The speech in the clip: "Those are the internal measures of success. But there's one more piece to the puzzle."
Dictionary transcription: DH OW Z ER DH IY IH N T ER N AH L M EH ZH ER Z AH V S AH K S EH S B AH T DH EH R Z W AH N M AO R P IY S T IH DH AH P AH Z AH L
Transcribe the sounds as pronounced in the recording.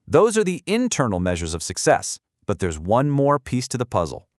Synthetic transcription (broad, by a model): DH OW Z ER DH IY IH N T ER N L M EH ZH ER Z AH V S AH K S EH S B AH T DH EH R Z W AH N M AO R P IY S T IH DH AH P AH Z L